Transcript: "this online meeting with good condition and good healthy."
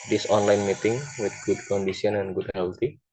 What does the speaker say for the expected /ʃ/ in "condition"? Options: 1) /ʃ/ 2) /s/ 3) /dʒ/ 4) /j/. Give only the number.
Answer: 2